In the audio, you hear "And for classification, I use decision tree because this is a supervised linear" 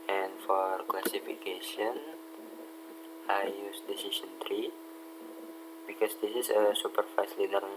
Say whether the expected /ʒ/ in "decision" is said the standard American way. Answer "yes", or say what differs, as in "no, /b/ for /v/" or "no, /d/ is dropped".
no, /s/ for /ʒ/